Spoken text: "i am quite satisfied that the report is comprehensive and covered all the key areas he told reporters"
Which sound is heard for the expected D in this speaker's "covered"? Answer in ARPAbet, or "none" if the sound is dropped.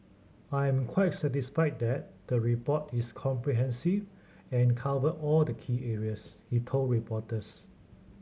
none